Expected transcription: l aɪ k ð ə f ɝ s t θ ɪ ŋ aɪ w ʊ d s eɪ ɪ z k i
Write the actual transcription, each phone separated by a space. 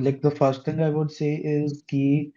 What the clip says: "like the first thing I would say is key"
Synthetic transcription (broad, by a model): l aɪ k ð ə f ɝ s t t ɪ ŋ aɪ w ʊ d s eɪ ɪ z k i